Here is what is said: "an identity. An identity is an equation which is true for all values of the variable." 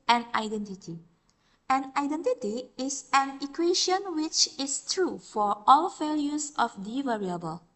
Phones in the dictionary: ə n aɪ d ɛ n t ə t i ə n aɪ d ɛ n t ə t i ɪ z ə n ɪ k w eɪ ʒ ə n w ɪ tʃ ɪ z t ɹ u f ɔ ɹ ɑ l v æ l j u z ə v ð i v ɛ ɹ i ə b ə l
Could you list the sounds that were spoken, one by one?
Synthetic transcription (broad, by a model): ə n aɪ d ɛ n t ə t i ə n aɪ d ɛ n t ə t i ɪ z ə n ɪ k w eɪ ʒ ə n w ɪ tʃ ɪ s t ɹ u f ɔ ɹ ɑ l f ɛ l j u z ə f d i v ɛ ɹ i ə b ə l